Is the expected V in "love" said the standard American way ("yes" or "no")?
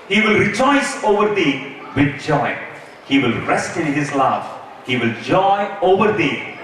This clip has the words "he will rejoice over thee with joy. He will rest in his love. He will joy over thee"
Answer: no